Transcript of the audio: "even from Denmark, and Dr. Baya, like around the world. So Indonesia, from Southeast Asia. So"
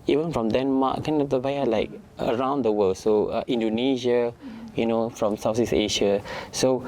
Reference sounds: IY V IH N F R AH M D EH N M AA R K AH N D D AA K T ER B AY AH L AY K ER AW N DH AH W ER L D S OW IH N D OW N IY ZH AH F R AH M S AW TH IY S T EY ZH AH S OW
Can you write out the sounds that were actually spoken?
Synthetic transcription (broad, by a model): IY V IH N F R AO M D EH N M AA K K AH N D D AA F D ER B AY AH L AY K ER AW N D AH W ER L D S OW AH N D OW N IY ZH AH F R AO M S AW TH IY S EY SH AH S OW